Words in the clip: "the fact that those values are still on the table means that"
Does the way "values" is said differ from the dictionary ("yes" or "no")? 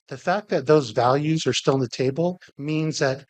no